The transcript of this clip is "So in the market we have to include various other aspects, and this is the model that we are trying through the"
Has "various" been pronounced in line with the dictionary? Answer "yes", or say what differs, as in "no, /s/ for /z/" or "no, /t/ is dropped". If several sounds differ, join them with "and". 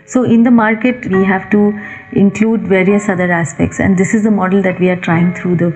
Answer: yes